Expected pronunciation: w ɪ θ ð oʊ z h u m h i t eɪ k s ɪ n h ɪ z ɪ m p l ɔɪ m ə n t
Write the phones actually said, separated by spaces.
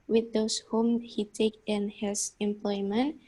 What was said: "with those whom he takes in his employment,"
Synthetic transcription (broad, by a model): w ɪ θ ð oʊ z h u m h i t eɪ k ɪ n h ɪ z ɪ m p l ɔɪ m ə n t